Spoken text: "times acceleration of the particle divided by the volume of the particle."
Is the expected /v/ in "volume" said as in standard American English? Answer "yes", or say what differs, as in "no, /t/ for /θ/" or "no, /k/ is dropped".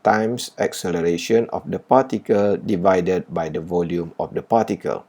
yes